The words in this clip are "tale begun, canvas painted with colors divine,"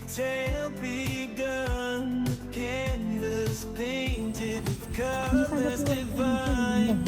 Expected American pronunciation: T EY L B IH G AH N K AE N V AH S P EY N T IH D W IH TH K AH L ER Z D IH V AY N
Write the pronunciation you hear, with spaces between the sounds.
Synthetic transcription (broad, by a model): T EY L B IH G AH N K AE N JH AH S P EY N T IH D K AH ER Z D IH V AY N